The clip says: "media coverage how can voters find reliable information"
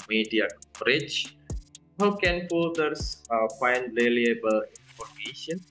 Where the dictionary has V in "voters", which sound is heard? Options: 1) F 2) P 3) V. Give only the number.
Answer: 2